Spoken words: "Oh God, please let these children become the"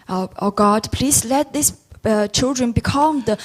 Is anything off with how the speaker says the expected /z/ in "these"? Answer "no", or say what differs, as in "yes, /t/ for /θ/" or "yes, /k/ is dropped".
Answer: yes, /s/ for /z/